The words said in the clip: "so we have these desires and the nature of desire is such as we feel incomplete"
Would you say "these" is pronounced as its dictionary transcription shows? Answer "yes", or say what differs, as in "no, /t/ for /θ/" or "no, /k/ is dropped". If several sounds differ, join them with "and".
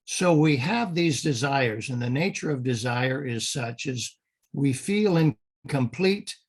yes